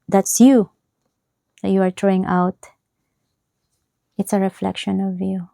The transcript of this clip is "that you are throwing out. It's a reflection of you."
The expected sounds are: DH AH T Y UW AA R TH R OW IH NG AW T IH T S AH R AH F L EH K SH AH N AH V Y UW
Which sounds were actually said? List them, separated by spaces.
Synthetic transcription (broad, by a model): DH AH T Y UW AA R T R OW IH NG AW T IH T S AH R AH F L EH K SH AH N AH V Y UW